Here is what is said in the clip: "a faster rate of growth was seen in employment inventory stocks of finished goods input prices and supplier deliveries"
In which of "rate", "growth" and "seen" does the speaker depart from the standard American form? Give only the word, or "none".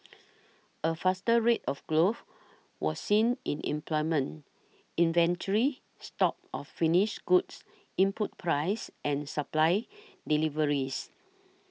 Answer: growth